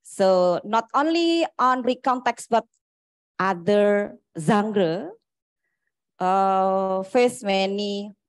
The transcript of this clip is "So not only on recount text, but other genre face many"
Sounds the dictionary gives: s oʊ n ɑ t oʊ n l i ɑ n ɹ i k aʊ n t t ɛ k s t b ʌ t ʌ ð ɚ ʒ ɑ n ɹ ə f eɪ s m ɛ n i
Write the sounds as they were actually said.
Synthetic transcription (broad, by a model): s oʊ n ɑ t oʊ n l i ɑ n ɹ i k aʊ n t t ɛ k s b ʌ t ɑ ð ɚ z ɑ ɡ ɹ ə f eɪ s m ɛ n i